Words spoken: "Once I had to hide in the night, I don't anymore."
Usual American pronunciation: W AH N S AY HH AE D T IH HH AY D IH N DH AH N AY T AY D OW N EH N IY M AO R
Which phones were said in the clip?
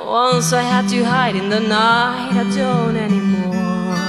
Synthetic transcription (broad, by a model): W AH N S AY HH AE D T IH HH AY D IH N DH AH N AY AY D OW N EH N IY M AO